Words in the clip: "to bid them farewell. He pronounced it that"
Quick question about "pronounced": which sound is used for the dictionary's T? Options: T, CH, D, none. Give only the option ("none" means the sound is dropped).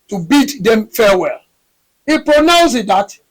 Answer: none